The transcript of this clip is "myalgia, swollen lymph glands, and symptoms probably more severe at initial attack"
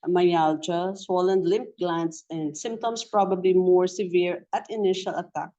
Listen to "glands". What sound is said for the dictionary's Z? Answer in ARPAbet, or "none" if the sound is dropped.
S